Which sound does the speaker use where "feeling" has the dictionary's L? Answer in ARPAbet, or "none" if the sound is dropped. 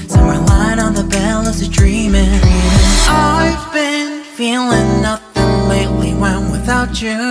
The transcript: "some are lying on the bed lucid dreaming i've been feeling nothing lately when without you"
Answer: L